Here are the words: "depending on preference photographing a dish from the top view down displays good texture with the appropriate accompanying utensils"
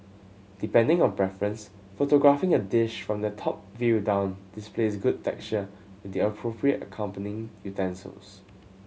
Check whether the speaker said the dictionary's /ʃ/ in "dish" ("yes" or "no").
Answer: yes